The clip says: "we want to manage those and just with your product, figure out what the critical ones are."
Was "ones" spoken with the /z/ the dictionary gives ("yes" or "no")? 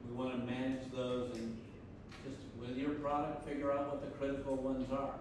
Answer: yes